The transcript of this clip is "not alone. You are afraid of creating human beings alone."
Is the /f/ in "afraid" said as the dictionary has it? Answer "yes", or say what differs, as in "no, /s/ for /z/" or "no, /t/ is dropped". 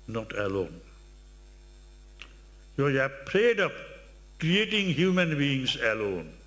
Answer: no, /p/ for /f/